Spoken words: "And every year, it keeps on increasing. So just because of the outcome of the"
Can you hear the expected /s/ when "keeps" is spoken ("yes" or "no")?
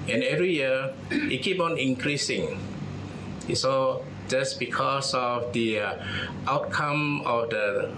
no